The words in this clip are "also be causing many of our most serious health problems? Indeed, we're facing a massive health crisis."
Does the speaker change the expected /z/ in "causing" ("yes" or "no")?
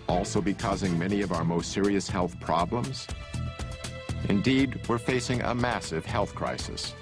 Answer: no